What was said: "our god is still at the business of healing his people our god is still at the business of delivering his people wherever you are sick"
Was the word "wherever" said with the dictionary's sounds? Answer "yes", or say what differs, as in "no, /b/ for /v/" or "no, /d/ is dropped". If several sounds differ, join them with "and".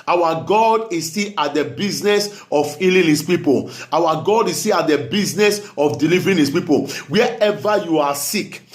no, /ɹ/ is dropped